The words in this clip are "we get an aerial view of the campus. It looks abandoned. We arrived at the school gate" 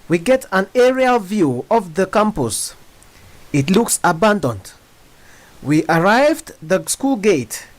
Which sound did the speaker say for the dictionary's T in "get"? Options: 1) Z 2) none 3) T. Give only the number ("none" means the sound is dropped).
3